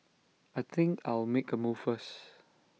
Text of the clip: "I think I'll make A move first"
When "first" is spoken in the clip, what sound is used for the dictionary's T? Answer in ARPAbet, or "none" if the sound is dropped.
none